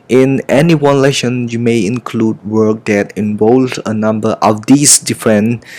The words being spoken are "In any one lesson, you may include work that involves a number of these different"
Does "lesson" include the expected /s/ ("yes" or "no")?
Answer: no